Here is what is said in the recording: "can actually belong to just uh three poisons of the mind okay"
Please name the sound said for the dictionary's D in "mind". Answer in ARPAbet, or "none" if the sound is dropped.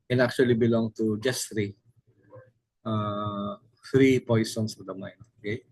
none